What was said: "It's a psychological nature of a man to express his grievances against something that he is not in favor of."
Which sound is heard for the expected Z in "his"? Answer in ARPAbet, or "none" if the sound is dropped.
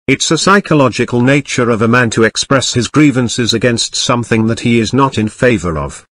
Z